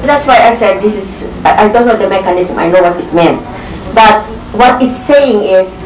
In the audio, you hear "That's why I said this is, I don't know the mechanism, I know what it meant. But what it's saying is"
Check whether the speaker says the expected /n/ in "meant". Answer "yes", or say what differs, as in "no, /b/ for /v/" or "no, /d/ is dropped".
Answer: yes